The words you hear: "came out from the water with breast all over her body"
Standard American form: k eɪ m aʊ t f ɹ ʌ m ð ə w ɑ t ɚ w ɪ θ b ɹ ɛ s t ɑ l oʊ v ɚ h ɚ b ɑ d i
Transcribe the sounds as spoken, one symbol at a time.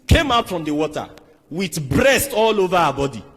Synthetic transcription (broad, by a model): k eɪ m aʊ t f ɹ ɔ m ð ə w ɑ t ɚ w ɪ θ b ɹ ɛ s t ɑ l oʊ v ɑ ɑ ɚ b ɑ d i